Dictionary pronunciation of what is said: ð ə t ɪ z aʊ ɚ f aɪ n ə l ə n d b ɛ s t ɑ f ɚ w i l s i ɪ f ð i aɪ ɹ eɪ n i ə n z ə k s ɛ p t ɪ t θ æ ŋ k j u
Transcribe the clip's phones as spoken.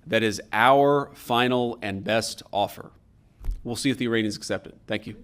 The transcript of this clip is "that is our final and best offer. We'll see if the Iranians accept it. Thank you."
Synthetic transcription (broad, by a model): ð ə t ɪ z aʊ ɚ f aɪ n l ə n b ɛ s t ɑ f ɚ w i l s i ɪ f ð i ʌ ɹ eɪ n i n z ə k s ɛ p t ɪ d θ æ ŋ k j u